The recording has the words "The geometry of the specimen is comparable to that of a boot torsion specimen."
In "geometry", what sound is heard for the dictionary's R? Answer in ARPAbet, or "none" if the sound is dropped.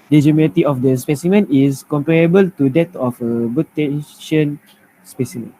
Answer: none